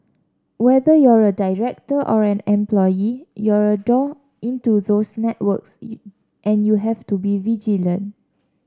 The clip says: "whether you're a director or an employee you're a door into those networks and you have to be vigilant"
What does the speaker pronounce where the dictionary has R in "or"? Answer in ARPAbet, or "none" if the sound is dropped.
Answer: R